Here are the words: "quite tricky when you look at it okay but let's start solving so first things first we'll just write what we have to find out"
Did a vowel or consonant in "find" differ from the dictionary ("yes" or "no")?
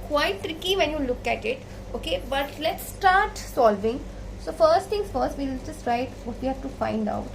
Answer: no